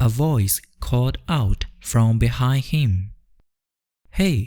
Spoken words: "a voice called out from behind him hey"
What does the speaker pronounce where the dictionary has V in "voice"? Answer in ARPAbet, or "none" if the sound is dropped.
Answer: V